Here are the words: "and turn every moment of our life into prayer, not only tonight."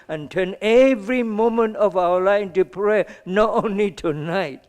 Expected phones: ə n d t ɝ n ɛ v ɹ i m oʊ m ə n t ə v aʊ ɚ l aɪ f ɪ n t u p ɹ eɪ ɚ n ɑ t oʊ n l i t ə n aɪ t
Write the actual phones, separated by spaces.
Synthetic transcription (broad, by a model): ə n t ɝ n ɛ v ɹ i m oʊ m ə n t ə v aʊ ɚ l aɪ ɪ n t u p ɹ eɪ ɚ n ɑ t oʊ n l i t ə n aɪ t